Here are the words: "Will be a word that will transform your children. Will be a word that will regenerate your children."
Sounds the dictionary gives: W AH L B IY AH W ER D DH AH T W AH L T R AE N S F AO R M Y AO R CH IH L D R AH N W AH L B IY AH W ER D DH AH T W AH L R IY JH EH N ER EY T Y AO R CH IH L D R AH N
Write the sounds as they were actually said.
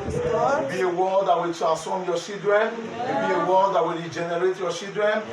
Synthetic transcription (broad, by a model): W B IY AH W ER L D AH T W AH L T R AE N S AO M Y AO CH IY L D R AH N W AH B IY AH W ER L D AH T W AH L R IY JH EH N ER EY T Y AO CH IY L D R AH N